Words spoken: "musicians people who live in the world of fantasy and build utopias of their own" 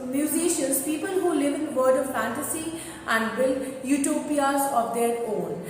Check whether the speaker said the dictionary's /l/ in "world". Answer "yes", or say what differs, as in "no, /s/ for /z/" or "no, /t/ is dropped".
no, /l/ is dropped